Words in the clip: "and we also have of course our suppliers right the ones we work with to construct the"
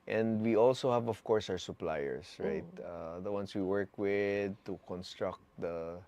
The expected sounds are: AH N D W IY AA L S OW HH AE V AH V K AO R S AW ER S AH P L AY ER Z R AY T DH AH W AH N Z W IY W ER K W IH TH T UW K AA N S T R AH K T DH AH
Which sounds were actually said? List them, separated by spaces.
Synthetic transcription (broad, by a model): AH N D W IY AA L S OW HH AE V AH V K AO R S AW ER S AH P L AY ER S R AY T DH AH W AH N S W IY W ER K W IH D T UW K AA N S T R AH K T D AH